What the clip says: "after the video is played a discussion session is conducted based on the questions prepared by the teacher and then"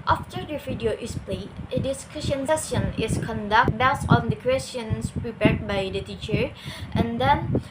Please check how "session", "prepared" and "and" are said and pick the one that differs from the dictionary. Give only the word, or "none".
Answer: session